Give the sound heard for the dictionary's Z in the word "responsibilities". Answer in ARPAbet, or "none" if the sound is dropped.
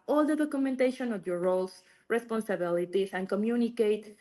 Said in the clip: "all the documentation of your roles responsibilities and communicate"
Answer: S